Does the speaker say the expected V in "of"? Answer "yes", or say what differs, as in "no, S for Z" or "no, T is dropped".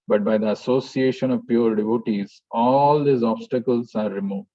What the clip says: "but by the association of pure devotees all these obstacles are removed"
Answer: yes